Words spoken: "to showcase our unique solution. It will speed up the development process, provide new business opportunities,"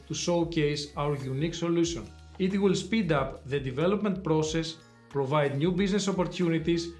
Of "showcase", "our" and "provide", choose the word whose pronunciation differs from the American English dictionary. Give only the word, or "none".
showcase